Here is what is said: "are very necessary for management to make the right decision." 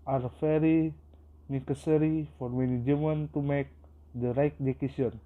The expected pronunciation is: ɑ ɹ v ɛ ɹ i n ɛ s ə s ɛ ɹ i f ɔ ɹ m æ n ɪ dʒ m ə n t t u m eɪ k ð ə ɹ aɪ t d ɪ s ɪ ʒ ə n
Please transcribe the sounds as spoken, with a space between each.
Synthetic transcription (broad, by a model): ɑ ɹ f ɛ ɹ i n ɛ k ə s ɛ ɹ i f ɔ ɹ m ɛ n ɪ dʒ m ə n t t u m eɪ k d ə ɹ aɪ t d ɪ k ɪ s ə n